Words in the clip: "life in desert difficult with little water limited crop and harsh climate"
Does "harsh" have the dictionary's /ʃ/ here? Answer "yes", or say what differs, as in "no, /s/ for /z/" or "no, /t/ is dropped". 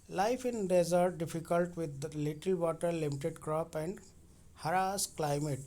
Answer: no, /s/ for /ʃ/